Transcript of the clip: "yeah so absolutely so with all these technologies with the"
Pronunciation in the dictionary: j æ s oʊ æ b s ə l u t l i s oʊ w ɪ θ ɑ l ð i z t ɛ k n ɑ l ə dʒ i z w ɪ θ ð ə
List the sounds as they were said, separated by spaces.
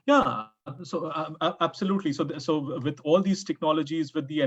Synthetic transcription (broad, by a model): j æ s oʊ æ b s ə l u t l i s oʊ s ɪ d ɑ l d i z t ɛ k n ɑ l ə dʒ i z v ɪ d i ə